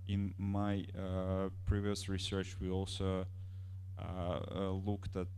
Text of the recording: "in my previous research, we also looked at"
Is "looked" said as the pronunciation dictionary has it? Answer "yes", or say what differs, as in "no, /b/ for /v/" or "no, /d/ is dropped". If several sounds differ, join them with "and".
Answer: yes